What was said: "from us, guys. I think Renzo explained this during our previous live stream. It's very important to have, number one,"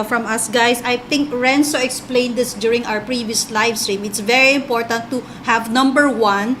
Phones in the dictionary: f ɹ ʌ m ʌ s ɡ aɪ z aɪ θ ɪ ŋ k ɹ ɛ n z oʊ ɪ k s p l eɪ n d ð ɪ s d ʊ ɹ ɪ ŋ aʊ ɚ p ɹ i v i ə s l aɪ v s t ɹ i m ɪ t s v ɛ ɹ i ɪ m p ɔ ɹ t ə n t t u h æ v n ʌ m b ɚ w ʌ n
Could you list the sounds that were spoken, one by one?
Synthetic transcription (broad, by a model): f ɹ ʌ m ʌ s ɡ aɪ s aɪ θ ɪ ŋ k ɹ ɛ n s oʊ ɪ k s p l eɪ n d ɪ s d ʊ ɹ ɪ ŋ aʊ ɚ p ɹ i v i ə s l aɪ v s t ɹ i m ɪ t s v ɛ ɹ i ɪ m p ɔ ɹ t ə n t t u h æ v n ʌ m b ɚ w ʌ n